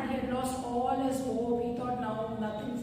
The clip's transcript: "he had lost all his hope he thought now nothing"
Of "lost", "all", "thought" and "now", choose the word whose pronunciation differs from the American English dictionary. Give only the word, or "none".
thought